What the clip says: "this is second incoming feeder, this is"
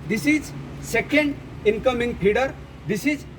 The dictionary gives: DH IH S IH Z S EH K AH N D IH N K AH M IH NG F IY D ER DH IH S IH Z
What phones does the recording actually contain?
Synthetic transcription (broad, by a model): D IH S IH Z S EH K AH N D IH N K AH M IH NG P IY D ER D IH S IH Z